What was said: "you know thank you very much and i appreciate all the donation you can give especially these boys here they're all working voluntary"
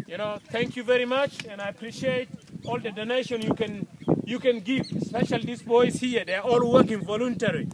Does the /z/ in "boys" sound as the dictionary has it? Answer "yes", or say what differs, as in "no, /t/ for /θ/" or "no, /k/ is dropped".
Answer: no, /s/ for /z/